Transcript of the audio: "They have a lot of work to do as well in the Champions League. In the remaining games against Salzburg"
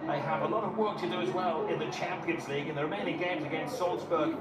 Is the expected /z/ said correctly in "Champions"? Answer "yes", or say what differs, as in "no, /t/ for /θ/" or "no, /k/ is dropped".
yes